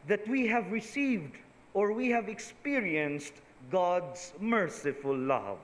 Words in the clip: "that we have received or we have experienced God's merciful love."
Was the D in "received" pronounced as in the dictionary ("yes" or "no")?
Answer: yes